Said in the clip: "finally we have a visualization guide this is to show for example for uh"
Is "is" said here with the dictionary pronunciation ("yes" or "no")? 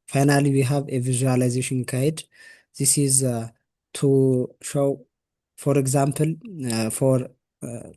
yes